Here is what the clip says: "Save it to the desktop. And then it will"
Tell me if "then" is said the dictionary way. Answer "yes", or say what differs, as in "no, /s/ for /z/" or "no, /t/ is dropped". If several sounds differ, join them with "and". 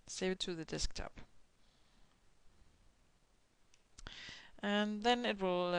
yes